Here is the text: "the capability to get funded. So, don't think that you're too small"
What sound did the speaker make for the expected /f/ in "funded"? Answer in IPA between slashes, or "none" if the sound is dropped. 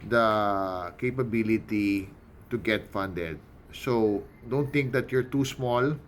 /f/